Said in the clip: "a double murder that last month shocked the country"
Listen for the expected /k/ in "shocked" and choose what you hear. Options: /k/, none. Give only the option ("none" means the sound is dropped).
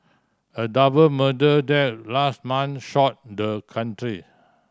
none